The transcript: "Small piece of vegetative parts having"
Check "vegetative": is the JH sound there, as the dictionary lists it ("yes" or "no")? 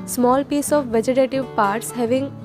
yes